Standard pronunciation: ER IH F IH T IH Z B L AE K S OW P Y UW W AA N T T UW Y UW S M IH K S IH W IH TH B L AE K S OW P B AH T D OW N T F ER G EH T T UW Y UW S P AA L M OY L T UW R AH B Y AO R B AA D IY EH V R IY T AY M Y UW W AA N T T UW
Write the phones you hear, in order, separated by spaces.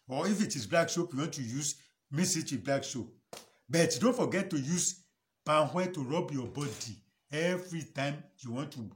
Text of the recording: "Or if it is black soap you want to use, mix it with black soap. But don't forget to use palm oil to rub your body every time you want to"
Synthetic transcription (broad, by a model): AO IH F IH T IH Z B L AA K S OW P Y UW W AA N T T UW Y UW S M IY S IH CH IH B L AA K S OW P B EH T D OW N T F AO G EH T T UW Y UW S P AA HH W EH T UW R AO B Y AO B AA D IY EH V R IY T AY M Y UW W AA N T T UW